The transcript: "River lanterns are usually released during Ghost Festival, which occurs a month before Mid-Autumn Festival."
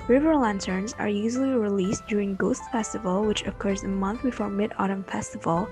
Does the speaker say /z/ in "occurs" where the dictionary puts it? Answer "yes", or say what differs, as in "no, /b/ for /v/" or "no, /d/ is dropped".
yes